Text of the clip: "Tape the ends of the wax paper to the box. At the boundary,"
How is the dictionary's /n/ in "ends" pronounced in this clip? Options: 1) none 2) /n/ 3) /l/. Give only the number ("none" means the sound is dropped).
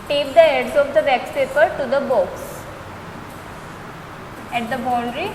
1